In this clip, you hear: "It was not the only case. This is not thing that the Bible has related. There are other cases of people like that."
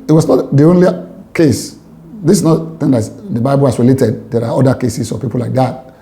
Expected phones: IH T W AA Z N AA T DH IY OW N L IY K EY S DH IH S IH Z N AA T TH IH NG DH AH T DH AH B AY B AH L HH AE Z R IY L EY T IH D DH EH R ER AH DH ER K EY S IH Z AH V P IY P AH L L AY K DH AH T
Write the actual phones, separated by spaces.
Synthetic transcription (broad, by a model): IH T W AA S N AA T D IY OW N L IY K EY S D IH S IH S N AA T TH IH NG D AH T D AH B AY B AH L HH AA S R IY L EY T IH D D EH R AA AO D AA K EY S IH S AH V P IY P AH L L AY K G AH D